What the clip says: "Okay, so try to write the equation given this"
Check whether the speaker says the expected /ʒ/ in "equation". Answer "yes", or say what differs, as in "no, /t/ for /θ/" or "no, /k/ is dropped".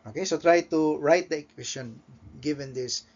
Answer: no, /s/ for /ʒ/